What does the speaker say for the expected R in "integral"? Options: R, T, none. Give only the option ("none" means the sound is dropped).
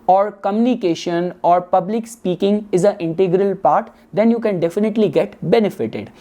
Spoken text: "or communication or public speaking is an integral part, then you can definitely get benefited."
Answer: R